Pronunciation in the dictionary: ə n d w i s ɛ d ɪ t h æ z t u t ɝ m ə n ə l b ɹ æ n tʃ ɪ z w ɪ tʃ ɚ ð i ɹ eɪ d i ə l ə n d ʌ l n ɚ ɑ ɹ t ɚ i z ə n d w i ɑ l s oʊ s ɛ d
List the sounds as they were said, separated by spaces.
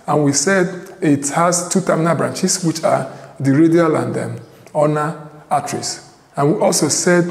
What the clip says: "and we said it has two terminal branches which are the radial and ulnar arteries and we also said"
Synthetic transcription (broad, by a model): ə n w i s ɛ d ɪ t h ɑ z t u t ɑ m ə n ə b ɹ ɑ n tʃ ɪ s w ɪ tʃ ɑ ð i ɹ eɪ d i ə l ə n d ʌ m n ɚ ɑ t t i s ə n w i ɑ l s oʊ s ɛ d